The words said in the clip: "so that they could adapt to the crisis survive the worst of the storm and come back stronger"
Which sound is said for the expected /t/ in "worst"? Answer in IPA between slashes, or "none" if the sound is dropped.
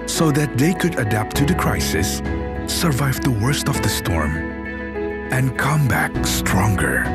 /t/